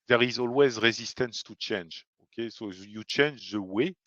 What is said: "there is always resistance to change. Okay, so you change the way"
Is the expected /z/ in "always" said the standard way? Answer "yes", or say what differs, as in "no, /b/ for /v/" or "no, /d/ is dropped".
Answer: yes